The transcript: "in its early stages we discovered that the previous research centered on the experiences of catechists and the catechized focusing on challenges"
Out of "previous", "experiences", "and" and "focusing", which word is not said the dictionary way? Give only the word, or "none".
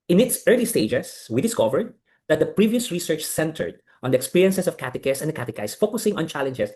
experiences